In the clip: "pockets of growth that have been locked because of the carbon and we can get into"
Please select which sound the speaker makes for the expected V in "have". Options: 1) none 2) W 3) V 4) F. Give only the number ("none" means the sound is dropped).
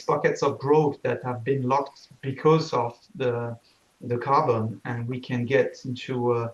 3